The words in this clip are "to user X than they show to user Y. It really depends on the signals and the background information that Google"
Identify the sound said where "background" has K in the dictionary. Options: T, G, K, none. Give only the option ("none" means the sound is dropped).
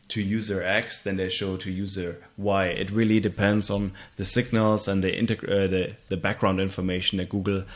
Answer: K